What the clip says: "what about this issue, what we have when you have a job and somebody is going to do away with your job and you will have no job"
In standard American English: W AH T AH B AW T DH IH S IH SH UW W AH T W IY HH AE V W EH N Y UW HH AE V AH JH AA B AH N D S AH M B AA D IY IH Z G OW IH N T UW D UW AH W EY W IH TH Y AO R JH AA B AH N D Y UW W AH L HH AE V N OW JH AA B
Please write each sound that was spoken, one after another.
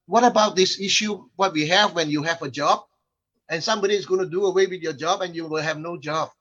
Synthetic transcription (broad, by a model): W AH T AH B AW T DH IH S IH SH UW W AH T W IY HH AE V W EH N Y UW HH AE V AH JH AA B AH N S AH M B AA D IY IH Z G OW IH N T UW D UW AH W EY W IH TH Y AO JH AA B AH N Y UW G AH N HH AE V N OW JH AA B